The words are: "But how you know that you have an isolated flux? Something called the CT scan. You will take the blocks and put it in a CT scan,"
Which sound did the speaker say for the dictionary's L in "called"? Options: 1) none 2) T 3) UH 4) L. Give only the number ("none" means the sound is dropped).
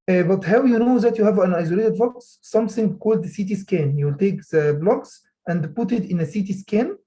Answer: 4